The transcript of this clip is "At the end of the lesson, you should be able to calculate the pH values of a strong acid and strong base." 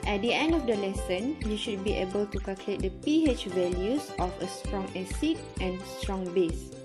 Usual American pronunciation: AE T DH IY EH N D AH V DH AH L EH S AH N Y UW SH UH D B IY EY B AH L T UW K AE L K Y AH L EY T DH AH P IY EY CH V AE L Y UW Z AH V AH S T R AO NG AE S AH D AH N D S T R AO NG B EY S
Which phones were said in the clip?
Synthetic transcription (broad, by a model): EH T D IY EH N D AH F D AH L EH S AH N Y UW SH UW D B IY EY B AH L T UW K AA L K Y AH L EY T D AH P IY EY CH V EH L Y UW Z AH F AH S T R AO NG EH S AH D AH N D S T R AO NG B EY S